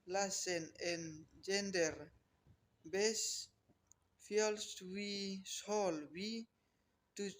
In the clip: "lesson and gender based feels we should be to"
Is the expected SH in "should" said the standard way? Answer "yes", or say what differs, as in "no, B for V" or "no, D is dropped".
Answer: no, S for SH